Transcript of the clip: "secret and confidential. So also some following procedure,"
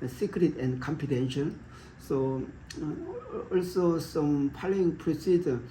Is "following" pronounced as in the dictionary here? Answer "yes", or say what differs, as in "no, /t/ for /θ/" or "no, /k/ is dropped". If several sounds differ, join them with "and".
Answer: no, /p/ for /f/